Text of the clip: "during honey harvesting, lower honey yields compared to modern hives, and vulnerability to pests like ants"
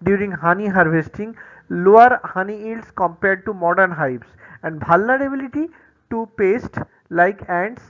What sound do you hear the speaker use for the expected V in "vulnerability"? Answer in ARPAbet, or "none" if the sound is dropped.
B